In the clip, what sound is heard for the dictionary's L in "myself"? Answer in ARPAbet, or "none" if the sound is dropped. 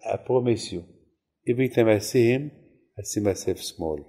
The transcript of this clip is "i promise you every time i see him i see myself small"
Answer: none